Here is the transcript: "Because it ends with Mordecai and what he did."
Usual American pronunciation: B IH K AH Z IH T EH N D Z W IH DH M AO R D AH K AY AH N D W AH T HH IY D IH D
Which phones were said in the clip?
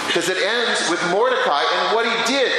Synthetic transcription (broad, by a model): K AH Z IH T EH N D Z W IH DH M AO R D AH K AY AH N W AH T HH IY D IH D